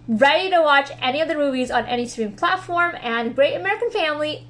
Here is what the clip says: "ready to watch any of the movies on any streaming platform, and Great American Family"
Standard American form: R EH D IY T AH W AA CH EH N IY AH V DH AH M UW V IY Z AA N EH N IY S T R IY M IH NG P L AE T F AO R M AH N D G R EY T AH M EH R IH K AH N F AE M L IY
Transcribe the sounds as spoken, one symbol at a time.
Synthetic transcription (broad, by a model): R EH D IY T AH W AA CH EH N IY AH V DH AH M UW V IY Z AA N EH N IY S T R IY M P L AE T F AO R M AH N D G R EY T AH M EH R IH K AH N F AE M L IY